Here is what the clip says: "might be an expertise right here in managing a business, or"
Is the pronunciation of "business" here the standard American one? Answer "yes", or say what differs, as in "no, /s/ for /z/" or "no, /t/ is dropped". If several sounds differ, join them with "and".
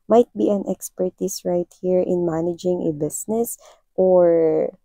no, /s/ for /z/